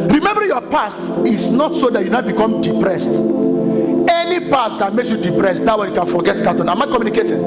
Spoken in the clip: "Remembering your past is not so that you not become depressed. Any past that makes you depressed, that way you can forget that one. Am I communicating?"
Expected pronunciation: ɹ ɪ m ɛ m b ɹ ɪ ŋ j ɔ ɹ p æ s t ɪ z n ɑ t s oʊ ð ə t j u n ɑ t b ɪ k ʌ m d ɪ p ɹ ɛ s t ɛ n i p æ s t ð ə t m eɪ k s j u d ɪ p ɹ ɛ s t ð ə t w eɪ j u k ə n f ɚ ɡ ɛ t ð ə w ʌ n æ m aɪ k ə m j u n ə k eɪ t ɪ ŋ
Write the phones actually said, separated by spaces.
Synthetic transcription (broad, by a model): ɹ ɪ m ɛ m b ɹ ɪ j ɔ p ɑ s t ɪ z n ɑ t s oʊ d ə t j u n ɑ b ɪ k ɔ m d ɪ p ɹ ɛ s t ɛ n i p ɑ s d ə t m eɪ k s j u d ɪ p ɹ ɛ s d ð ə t w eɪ j u k ə n f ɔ ɡ ɛ t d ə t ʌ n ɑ m aɪ k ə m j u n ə k eɪ t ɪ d